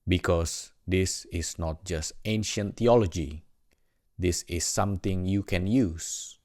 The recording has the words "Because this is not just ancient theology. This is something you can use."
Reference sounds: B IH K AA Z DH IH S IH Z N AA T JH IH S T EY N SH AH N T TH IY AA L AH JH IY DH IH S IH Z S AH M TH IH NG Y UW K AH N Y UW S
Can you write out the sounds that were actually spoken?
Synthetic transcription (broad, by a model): B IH K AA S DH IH S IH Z N AA T JH IH S T EY N SH AH N T IY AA L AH JH IY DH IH S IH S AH M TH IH NG Y UW K AH N Y UW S